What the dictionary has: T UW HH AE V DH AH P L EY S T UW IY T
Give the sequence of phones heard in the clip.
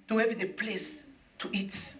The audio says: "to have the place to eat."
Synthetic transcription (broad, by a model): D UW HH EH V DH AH P L EY S T UW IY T